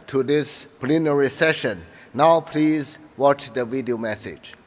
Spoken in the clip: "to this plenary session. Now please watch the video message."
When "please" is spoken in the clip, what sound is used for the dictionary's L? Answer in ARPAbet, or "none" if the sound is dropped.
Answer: L